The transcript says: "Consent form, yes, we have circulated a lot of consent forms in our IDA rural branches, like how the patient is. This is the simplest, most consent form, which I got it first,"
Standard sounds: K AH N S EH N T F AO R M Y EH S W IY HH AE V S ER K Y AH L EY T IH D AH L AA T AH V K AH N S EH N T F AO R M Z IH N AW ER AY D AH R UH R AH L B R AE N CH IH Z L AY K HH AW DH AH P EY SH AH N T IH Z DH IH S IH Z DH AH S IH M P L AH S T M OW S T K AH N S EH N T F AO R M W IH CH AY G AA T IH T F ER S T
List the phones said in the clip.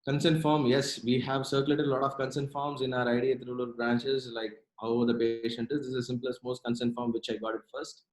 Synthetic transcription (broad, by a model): K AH N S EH N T F AO R M Y EH S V IY HH AE V S ER K Y AH L EY T IH D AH L AA T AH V K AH N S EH N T F AO R M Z IH N AW ER AY D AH R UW L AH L B R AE N CH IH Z L AY K HH AW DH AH P EY SH AH N T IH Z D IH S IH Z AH S IH M P L AH S T M OW S T K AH N S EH N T F AO R M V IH CH AY G AA T IH T F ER S T